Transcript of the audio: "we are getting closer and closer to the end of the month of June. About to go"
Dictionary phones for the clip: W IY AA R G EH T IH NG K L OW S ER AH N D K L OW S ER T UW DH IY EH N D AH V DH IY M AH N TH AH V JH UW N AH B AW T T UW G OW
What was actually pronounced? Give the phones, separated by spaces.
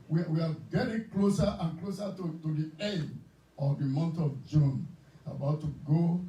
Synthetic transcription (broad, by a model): W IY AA W G EH T IH NG K L OW S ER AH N K L OW S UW T UW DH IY EH N D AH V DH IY M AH N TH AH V JH UW N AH B AW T T UW G OW